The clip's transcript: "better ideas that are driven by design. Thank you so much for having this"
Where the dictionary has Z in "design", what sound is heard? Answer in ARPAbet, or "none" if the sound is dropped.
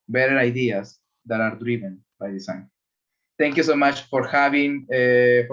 S